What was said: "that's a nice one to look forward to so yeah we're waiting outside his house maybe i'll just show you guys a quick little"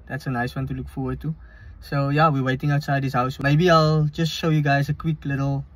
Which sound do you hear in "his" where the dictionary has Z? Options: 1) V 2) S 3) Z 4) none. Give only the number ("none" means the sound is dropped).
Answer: 2